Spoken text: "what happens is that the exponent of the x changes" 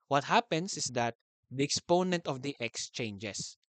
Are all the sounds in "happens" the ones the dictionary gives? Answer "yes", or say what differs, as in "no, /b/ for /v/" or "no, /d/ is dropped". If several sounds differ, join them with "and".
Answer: no, /s/ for /z/